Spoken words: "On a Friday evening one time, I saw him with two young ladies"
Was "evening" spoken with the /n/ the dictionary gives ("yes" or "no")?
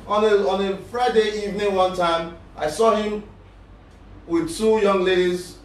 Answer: yes